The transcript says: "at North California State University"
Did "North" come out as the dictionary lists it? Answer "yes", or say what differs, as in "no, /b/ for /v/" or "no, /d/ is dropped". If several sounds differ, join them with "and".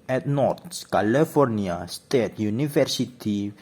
no, /s/ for /θ/